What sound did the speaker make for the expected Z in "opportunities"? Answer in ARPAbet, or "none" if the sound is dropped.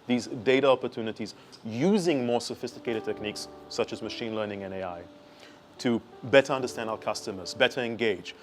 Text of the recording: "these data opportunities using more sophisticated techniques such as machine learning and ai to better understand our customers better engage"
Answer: Z